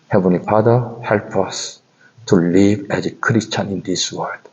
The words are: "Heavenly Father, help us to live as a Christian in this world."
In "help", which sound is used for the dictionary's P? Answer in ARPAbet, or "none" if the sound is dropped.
P